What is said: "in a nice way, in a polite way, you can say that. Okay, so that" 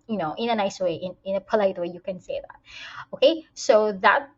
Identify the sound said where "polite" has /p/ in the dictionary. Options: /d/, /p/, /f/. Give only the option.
/p/